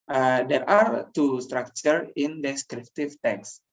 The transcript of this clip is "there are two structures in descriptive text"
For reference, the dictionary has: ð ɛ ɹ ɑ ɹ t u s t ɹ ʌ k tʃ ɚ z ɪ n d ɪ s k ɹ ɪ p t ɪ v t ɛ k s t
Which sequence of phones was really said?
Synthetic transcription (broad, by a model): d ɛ ɹ ɑ ɹ t u s t ɹ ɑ k tʃ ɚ ɪ n d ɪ s k ɹ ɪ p t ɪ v t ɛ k s